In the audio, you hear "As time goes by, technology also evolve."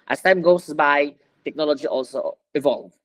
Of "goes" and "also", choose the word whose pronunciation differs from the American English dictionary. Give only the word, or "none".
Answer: goes